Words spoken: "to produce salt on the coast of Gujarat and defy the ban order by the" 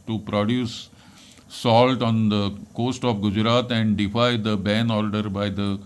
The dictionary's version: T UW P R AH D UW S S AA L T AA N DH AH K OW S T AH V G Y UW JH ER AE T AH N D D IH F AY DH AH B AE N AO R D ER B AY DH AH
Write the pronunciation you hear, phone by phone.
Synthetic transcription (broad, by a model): T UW P R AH D UW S S AA L T AA N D AH K OW S T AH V G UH JH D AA T AH N D D IH F AY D AH B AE N AO R D ER B AY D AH